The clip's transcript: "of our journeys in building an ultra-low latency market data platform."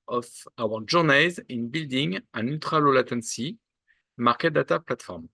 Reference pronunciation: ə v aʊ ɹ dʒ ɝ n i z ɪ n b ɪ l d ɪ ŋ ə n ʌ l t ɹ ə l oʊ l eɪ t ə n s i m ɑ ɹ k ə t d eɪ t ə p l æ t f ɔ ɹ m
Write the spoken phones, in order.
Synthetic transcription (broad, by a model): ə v aʊ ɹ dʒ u n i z ɪ n b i l d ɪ ŋ ə n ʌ t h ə l oʊ l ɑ t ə n s i m ɑ ɹ k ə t d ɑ t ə p l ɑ t f ɔ ɹ m